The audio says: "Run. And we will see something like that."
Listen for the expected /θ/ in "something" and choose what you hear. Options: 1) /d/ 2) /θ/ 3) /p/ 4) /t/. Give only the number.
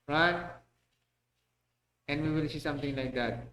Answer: 4